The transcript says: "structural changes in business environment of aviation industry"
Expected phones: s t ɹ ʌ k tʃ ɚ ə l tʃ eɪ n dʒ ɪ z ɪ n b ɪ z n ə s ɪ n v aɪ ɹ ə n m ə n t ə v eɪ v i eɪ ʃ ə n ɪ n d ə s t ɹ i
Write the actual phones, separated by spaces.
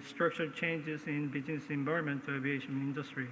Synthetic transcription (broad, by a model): s t ɹ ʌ k tʃ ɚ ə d tʃ eɪ n dʒ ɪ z ɪ n b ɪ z n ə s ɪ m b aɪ ə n m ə n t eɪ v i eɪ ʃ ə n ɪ n d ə s t ɹ i